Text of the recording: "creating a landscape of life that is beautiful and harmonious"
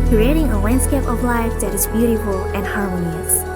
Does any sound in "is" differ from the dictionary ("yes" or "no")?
no